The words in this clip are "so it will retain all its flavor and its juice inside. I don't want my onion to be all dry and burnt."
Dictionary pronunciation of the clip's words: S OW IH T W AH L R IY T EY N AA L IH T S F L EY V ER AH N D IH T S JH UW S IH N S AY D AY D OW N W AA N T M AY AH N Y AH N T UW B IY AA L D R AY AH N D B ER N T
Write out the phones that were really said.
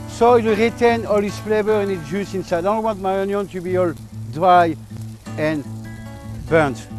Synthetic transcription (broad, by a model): S OW IH T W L R IY T EY N AA L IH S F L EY B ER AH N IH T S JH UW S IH N S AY AY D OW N W AA N T M AY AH N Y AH N T UW B IY AA L D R AY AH N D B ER N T